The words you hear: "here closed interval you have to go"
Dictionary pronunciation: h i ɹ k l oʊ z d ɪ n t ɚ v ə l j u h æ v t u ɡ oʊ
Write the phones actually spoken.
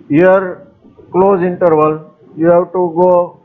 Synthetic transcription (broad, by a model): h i ɹ k l oʊ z ɪ n t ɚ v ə l j u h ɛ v t u ɡ oʊ